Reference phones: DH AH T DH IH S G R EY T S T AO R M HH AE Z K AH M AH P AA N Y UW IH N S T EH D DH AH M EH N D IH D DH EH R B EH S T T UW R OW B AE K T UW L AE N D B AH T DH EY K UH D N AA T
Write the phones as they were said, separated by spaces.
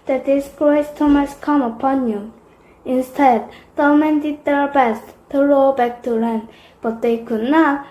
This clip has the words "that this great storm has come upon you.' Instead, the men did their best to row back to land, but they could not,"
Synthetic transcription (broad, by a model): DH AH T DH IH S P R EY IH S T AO M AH S K AH M AH P AA N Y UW IH N S T EH D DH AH M EH N D IH D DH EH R B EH S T T UW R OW B AE K T UW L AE N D B AH T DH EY K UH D N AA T